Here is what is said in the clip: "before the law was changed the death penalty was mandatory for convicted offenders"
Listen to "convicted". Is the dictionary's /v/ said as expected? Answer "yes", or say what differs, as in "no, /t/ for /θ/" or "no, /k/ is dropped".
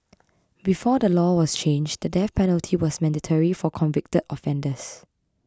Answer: yes